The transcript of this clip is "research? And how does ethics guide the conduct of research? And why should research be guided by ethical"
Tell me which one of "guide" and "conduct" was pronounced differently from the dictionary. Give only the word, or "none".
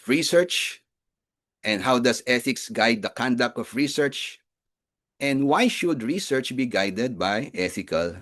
none